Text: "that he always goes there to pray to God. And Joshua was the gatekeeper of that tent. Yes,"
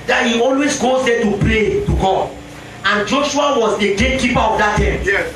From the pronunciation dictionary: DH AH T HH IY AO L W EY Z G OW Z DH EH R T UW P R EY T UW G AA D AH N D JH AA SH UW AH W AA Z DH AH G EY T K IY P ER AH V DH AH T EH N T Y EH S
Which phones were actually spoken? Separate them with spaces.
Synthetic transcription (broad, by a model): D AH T HH IY AO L W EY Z G OW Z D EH T UW P L EY T UW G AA AH N JH AA SH UW AH W AA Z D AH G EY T K IY P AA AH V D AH T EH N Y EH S